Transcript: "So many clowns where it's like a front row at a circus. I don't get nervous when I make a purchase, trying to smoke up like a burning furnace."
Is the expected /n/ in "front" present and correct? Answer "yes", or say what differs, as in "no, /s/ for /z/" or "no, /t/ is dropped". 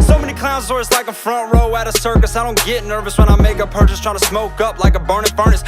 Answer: yes